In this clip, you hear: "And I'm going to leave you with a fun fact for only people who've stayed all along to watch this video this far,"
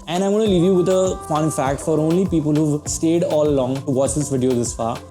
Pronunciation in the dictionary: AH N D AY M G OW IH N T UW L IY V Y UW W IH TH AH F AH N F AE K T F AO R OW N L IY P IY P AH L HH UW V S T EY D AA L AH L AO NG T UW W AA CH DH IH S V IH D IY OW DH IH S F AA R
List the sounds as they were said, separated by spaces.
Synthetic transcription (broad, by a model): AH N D AY M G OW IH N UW L IY V Y UW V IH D AH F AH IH F AE K T F AO R OW N L IY P IY P AH L HH UW V S T EY D AA L AH L AO NG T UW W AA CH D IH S V IH D IY OW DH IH S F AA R